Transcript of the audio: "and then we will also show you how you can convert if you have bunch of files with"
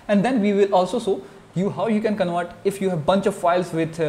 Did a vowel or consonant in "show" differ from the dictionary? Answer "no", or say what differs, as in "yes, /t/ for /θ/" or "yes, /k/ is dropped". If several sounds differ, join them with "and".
yes, /s/ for /ʃ/